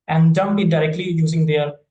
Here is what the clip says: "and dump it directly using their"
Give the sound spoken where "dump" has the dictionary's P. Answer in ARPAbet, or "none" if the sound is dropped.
B